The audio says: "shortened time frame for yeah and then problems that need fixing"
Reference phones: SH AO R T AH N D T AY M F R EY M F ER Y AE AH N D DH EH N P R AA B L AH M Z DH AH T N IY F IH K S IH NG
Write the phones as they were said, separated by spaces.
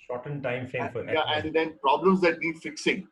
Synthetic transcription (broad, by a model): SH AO T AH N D T AY M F EY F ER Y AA AH N D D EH N P R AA B L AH M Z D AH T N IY F IH K S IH NG